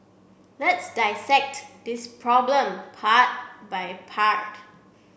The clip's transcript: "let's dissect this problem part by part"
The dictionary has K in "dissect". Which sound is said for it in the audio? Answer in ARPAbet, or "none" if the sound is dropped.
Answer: K